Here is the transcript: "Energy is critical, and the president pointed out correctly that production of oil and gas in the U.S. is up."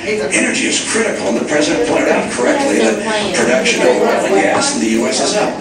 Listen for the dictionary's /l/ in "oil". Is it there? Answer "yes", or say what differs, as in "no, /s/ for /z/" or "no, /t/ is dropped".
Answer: no, /w/ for /l/